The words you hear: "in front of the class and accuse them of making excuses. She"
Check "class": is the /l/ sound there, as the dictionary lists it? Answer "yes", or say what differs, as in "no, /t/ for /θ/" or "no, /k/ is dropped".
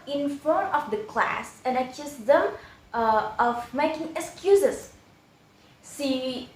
yes